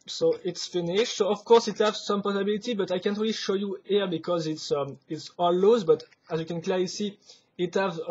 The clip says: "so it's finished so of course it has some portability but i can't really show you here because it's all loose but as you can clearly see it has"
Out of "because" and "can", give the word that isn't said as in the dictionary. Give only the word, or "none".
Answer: none